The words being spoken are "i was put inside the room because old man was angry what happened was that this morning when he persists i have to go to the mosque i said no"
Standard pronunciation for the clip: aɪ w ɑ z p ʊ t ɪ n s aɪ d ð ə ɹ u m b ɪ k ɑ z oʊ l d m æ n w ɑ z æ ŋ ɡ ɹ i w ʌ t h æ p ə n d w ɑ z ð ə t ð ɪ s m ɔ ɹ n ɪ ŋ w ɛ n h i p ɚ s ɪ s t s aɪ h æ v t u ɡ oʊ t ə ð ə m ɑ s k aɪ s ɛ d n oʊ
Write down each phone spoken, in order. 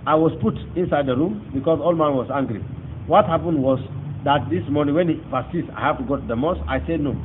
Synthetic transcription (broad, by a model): aɪ w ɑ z p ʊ t ɪ n s aɪ d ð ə ɹ u m b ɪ k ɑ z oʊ l m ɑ n w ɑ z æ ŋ ɡ ɹ i w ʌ t h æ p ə n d w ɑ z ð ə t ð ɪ s m ɔ ɹ n ɪ ŋ w ɛ n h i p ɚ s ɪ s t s aɪ h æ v t u ɡ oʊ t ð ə m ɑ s aɪ s ɛ d n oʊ